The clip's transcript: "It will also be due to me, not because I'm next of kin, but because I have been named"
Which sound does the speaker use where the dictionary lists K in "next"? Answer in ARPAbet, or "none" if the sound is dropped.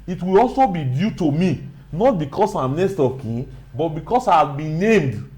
none